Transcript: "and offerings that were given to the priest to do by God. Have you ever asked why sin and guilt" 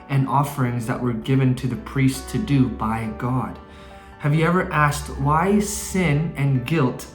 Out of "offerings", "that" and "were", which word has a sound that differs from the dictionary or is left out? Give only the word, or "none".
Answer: none